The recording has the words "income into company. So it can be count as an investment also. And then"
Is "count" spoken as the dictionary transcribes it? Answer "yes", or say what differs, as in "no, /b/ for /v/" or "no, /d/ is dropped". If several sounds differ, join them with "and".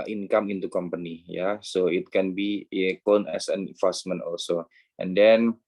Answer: no, /t/ is dropped